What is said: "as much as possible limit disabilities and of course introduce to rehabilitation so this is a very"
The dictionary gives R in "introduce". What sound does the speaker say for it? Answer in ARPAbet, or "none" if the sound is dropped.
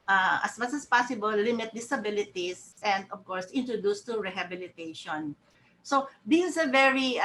R